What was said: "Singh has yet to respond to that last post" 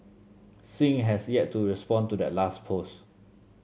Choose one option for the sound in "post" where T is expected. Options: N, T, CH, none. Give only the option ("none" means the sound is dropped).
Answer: none